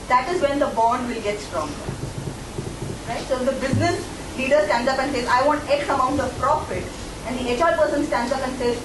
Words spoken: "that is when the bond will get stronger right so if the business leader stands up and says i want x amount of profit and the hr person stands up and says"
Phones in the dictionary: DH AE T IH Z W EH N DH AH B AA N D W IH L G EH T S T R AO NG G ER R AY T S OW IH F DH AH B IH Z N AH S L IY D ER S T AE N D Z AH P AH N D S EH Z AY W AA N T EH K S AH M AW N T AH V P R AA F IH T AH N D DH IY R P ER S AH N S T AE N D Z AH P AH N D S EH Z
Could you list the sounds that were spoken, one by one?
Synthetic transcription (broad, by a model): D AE T IH Z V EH N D AH B AA N D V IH L G EH T S T R AO NG G ER R AY T S OW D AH B IH Z N AH S L IY D ER S T AE N D Z AH P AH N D S EH Z AY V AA N T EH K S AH M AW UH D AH P R AA F IH T AH N D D IY L P ER S AH N S T AE N D Z AH P AH N D S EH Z